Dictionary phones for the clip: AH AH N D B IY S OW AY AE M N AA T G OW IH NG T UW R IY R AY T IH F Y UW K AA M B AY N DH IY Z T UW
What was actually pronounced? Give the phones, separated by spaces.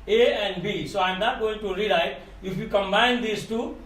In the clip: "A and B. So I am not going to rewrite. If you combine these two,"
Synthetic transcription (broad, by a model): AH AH N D B IY S OW AY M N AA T G OW IH NG T UW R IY L AY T IH F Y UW K AA M B AY N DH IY S T UW